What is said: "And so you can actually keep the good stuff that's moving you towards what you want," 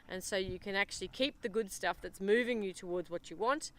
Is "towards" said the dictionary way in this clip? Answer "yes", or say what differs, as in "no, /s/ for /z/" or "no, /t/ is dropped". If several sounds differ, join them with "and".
yes